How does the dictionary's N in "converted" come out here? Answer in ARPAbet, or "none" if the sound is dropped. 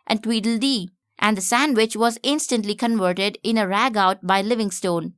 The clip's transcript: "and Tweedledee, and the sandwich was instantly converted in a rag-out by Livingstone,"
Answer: N